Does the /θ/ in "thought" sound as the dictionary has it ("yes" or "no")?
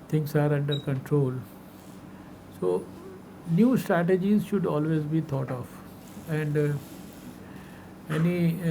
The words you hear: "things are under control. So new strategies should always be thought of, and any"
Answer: no